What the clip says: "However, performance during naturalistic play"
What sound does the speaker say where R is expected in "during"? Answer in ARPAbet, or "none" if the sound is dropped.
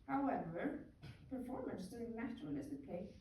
none